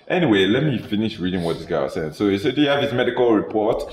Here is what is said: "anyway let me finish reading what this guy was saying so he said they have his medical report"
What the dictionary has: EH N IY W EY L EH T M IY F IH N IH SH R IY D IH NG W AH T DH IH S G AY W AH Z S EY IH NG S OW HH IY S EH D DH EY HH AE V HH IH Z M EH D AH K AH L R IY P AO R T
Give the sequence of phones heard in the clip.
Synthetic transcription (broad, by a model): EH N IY W EY L EH T M IY F IH N IH SH R IY D IH NG W AH T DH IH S G AY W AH S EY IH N S OW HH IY S EH D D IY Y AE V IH S M EH D AH K AH L R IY P AO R T